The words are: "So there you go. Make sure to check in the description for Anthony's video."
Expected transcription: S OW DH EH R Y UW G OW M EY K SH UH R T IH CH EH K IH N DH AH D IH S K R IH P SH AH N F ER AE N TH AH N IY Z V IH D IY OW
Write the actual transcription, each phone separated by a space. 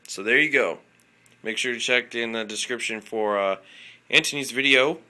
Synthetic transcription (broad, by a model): S OW DH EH R Y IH G OW M EY K SH UH R T IH CH EH K IH N DH AH D IH S K R IH P SH AH N F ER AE N T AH N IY Z V IH D IY OW